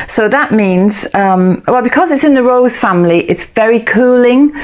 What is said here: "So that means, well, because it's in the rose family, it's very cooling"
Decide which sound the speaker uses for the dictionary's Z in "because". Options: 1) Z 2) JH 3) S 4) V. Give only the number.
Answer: 1